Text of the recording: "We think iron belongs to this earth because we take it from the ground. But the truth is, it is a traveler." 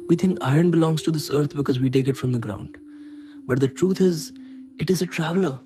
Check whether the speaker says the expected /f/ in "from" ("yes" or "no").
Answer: yes